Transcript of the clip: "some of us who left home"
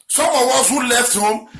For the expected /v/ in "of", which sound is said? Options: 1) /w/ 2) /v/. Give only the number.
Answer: 1